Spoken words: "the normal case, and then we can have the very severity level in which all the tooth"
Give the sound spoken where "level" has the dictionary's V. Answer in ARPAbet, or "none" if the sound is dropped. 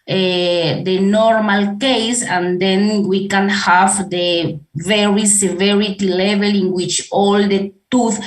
V